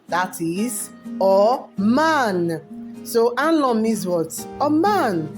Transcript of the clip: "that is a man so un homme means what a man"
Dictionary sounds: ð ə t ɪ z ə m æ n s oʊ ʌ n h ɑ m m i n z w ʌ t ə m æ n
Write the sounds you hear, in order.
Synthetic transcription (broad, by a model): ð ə t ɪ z ə m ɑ n s oʊ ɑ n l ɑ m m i z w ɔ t ə m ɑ n